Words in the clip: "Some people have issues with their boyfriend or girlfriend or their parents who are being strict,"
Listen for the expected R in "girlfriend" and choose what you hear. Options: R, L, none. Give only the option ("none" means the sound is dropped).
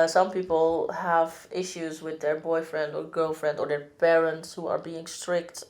R